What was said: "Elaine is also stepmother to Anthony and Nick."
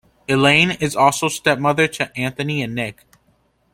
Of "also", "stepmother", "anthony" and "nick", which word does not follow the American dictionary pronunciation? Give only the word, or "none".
none